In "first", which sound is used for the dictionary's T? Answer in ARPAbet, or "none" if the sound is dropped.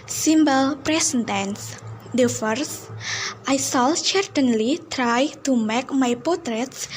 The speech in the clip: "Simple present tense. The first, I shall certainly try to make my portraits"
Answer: T